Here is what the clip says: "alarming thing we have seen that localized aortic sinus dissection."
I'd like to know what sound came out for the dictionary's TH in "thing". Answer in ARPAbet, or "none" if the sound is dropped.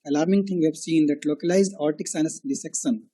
T